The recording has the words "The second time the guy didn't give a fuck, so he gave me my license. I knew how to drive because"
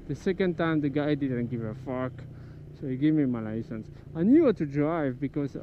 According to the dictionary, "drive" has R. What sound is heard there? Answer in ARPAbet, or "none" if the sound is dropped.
R